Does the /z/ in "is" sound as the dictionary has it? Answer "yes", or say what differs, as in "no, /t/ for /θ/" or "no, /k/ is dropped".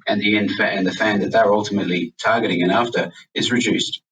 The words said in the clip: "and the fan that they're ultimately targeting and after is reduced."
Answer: yes